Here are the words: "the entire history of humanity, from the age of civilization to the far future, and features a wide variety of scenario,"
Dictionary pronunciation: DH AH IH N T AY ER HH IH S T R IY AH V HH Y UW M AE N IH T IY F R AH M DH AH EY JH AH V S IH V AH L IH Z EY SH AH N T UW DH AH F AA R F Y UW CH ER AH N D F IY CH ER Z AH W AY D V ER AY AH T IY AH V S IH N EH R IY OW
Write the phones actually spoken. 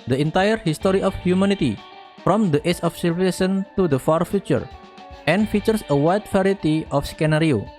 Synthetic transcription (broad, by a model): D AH IH N T AY ER HH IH S T R IY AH F HH Y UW M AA N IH T IY F R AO M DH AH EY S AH F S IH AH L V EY S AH N T UW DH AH F AA R F Y UW CH ER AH N F IY CH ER S AH W AY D F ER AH T IY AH F S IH N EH R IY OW